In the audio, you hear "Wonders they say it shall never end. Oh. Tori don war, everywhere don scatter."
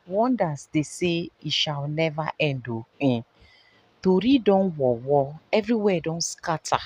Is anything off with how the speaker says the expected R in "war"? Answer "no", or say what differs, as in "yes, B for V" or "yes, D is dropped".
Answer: yes, W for R